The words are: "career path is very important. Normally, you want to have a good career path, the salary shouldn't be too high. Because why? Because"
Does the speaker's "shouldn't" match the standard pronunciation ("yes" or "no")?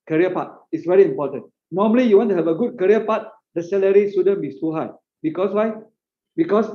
no